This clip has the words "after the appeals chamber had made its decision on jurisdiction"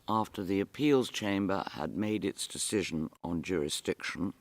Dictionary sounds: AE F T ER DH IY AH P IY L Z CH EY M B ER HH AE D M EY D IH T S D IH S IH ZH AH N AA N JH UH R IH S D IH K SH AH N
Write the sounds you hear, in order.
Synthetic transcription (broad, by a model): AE F T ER DH IY AH P IY L Z CH EY M B ER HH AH D M EY D IH T S D IH S IH ZH AH N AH N JH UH R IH S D IH K SH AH N